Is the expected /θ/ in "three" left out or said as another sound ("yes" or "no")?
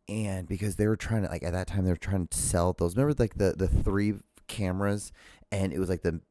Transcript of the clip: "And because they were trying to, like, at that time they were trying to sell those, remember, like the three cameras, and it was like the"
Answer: no